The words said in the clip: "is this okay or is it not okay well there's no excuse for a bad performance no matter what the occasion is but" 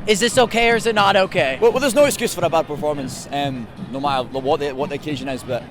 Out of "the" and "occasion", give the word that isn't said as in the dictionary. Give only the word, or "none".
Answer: none